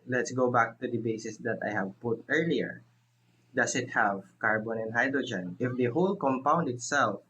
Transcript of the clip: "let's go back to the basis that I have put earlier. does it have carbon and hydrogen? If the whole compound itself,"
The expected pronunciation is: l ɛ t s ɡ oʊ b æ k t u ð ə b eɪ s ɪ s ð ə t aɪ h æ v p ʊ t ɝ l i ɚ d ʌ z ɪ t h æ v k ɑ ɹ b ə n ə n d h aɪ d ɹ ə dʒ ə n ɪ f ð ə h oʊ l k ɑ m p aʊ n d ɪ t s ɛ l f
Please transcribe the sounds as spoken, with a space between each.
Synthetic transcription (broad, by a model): l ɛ t s ɡ oʊ b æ k t u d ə b eɪ s ɪ s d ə t aɪ h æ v p ʊ t ɝ l i ɚ d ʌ s ɪ t h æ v k ɑ ɹ b ə n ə n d h aɪ d ɹ ə dʒ ə n ɪ f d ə h oʊ l k ɑ m p aʊ n d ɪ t s ɛ l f